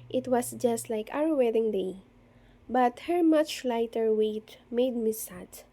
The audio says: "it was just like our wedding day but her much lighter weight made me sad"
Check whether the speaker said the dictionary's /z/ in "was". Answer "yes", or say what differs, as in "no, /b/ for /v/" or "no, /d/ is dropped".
no, /s/ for /z/